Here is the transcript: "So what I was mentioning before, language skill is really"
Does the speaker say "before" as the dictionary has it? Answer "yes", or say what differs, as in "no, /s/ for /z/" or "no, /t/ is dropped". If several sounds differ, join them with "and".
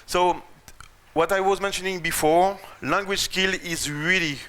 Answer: yes